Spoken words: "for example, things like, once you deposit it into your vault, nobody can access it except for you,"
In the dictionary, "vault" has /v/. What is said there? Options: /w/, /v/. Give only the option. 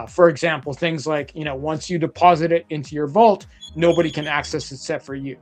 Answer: /v/